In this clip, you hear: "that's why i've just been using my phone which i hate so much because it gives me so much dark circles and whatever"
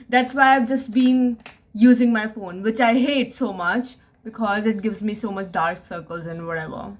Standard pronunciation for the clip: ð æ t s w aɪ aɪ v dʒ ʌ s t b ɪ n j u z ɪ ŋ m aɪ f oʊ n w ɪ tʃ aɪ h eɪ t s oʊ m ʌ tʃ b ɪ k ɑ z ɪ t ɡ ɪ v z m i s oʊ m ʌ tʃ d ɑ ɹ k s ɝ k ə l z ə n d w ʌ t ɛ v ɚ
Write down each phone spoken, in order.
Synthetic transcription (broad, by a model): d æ t s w aɪ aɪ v dʒ ʌ s t b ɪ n j u z ɪ ŋ m aɪ f oʊ n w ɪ tʃ aɪ h eɪ t s oʊ m ʌ tʃ b ɪ k ɑ z ɪ t ɡ ɪ v z m i s oʊ m ʌ tʃ d ɑ ɹ k s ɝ k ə l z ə n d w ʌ t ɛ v ɚ